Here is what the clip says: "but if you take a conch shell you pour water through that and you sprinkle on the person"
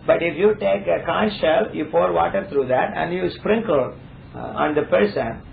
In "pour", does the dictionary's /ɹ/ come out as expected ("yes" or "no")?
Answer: yes